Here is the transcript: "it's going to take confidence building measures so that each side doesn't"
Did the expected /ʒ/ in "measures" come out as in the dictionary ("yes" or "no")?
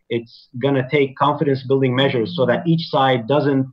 yes